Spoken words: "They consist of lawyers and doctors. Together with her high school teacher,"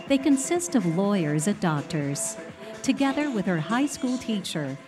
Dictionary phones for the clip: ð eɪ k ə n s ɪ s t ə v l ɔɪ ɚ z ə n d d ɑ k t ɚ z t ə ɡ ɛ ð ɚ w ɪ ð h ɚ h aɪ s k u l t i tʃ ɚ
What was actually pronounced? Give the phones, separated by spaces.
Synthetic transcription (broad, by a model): ð eɪ k ə n s ɪ s t ə v l ɔɪ ɚ z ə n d d ɑ k t ɚ z t ə ɡ ɛ ð ɚ w ɪ ð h ɚ h aɪ s k u l t i tʃ ɚ